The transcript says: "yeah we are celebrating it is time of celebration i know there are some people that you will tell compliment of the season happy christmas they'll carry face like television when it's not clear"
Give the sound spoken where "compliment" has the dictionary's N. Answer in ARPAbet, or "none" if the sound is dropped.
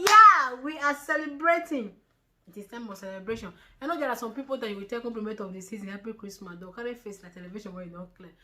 none